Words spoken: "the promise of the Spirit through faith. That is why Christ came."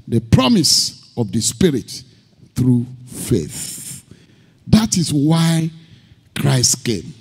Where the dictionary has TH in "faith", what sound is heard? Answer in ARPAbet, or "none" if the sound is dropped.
TH